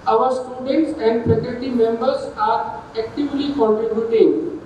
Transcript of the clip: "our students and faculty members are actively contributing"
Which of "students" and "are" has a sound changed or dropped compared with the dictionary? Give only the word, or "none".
none